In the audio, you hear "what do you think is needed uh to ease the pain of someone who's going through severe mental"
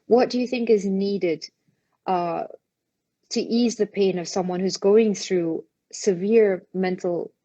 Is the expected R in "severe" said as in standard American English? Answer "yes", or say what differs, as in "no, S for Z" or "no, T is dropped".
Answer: yes